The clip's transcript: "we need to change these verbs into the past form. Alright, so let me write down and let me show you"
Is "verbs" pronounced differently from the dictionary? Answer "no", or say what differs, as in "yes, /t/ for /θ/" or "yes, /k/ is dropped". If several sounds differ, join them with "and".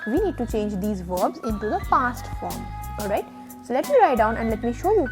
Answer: no